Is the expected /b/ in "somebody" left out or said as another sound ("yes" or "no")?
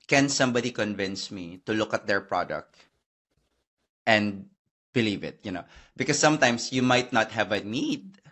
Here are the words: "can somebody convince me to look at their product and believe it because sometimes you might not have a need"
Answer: no